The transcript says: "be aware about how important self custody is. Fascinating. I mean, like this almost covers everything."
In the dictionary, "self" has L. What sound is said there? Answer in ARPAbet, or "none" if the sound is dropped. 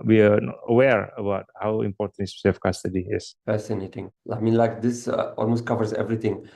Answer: none